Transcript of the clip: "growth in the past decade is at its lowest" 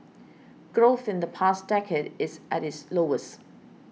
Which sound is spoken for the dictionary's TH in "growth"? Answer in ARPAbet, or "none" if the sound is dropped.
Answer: TH